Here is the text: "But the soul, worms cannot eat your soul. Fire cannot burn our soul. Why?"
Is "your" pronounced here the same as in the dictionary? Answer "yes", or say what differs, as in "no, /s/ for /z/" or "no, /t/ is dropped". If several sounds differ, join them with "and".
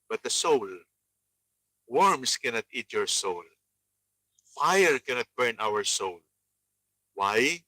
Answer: yes